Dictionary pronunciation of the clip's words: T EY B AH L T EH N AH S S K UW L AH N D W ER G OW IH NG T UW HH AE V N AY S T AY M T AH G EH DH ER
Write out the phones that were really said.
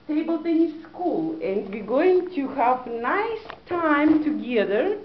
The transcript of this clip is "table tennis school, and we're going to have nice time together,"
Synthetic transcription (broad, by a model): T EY B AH L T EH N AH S S K UW L AH N D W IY G OW IH NG T UW HH AE V N AY S T AY M T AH G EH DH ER